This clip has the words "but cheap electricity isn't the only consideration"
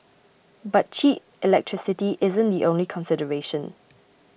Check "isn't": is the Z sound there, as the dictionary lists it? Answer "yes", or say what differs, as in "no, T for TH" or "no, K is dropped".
yes